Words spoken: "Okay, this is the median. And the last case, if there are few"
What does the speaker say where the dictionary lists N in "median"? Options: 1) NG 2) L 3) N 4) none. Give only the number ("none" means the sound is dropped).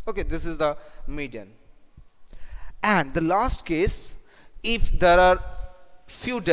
3